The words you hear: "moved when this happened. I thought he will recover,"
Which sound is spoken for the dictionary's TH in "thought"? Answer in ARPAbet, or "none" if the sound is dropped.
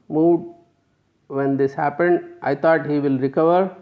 T